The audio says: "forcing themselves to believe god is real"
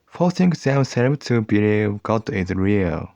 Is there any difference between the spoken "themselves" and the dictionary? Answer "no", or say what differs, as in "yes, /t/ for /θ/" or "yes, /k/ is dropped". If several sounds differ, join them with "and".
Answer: yes, /z/ is dropped